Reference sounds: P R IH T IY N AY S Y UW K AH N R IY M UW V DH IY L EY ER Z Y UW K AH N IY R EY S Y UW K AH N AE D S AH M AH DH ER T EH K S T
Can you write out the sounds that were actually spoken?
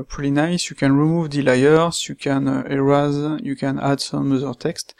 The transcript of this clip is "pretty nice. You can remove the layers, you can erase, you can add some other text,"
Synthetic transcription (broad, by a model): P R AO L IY N AY S Y UW K AH N R IY M UW V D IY L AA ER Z Y UW K AH N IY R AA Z Y UW K AH N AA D S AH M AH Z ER T EH K S T